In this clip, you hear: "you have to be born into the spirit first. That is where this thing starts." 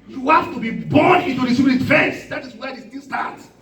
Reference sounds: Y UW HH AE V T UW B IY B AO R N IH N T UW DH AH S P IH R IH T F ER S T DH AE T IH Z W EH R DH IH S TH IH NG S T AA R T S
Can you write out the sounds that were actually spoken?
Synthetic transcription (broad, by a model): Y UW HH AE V T UW B IY B AO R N IH N T UW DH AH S IH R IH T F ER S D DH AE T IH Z W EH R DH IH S T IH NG S T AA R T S